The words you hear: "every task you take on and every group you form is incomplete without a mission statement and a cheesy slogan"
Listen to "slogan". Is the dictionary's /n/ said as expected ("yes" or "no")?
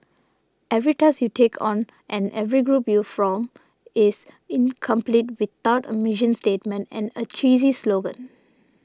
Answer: yes